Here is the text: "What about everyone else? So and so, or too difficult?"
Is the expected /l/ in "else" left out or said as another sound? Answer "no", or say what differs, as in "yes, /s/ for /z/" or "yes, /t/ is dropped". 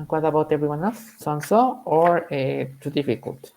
no